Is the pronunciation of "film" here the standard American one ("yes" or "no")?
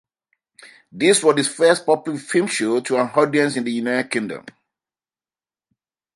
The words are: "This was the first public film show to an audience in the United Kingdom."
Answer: no